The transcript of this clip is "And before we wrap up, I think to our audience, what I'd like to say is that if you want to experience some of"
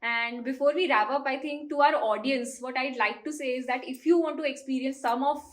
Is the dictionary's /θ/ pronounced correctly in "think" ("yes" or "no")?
no